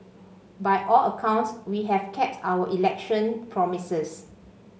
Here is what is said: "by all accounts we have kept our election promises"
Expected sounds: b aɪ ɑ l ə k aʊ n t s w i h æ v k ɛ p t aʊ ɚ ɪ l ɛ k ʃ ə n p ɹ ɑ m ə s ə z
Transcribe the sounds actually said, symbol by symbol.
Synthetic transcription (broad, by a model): b aɪ ɑ l ə k aʊ n t s w i h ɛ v k ɛ p t aʊ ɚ ɪ l ɛ k ʃ ə n p ɹ ɑ m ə s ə s